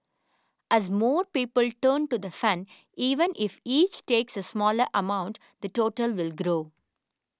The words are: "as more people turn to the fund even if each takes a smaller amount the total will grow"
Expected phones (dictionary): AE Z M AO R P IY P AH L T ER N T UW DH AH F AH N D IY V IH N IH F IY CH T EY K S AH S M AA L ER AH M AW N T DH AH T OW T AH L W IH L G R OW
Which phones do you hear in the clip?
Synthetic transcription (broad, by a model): AE Z M AO R P IY P AH L T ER N T UW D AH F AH N IY V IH N IH F IY CH T EY K S AH S M AA L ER AH M AW N T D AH T OW T AH L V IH L G R OW